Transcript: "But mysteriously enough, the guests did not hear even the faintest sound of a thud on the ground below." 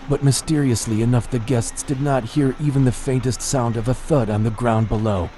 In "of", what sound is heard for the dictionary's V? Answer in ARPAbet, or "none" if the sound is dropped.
V